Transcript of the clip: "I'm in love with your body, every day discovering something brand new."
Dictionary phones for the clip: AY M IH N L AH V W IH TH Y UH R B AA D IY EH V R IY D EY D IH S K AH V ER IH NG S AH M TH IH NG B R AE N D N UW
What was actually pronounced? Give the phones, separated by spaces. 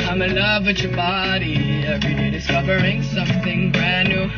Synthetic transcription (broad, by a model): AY M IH L AH V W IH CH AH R B AA D IY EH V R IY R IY D IH S K AH V ER IH NG S AH M TH IH NG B R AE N N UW